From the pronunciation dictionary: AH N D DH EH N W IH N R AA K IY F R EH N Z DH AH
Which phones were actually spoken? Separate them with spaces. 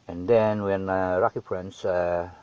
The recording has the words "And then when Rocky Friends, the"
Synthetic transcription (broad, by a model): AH N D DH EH N W IH N R AA K IY P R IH N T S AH